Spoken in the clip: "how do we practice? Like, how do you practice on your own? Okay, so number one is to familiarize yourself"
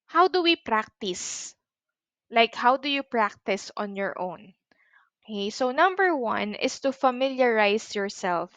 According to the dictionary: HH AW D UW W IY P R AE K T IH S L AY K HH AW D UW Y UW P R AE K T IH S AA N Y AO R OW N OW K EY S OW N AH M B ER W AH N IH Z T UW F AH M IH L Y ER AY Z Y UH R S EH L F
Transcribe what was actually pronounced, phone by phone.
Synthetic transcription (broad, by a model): HH AW D UW W IY P R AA K T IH S L AY K HH AW D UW Y UW P R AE K T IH S AA N Y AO R OW N OW K EY S OW N AH M B ER W AH N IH S T UW F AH M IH L Y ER AY S Y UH R S EH L F